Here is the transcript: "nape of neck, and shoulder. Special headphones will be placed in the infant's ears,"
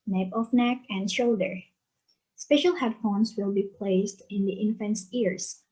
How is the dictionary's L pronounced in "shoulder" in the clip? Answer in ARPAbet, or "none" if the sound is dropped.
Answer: L